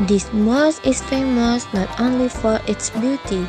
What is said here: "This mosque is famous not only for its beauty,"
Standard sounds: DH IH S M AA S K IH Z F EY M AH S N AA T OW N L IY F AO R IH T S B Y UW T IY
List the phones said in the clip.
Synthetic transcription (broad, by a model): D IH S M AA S IH S F EY M AH S N AA T OW N L IY F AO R IH T S B Y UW T IY